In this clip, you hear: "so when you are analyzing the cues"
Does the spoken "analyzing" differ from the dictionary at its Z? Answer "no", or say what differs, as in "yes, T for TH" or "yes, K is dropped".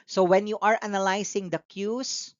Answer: yes, S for Z